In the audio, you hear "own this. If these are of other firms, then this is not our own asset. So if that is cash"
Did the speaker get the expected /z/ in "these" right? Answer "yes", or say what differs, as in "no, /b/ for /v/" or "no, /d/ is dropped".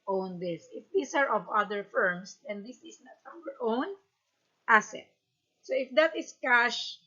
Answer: no, /s/ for /z/